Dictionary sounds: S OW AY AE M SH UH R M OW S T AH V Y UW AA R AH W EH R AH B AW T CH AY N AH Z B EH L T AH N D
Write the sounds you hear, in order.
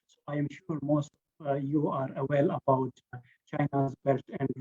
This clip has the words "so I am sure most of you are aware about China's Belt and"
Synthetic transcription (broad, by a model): S OW AY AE M SH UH R M OW S T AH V Y UW AA R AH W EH L AH B AW T CH AY N AH Z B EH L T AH N D